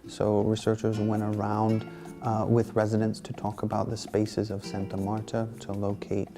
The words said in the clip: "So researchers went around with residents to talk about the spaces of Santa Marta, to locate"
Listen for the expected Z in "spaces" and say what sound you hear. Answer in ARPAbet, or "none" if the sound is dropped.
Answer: Z